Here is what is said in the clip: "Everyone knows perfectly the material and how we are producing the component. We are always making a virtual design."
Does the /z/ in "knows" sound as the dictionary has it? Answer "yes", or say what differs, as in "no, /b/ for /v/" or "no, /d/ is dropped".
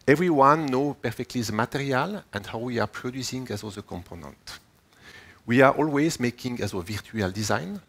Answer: no, /z/ is dropped